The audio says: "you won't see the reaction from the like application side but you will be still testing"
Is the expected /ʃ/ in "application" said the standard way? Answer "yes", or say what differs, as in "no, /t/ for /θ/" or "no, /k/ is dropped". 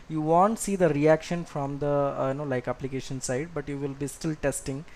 yes